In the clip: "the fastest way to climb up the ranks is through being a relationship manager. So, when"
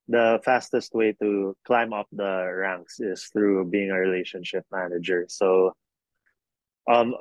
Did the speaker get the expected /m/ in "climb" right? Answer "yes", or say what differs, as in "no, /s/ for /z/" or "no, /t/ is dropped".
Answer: yes